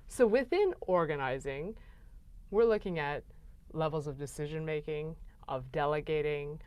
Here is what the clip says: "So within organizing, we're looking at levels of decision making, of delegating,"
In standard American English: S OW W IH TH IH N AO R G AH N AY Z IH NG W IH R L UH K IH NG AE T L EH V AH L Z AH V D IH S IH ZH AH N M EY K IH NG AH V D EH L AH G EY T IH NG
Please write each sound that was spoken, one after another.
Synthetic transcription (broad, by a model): S OW W IH TH IH N AO R G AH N AY Z IH NG W IH R L UH K IH NG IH T L EH V L Z AH V D IH S IH ZH AH N M EY K IH NG AH V D EH L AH G EY T IH NG